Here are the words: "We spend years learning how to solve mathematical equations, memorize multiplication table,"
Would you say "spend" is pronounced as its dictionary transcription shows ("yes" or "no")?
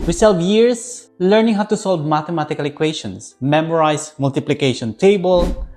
no